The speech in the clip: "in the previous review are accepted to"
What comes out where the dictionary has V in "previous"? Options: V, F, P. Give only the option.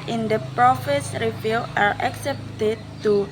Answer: F